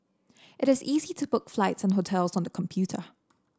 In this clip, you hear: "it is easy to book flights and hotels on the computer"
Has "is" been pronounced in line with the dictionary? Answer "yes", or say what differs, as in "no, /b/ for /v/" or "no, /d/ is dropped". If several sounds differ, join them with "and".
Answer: yes